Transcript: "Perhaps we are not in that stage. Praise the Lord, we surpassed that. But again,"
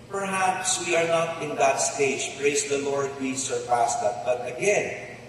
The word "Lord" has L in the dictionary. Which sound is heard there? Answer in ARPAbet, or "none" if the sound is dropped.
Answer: L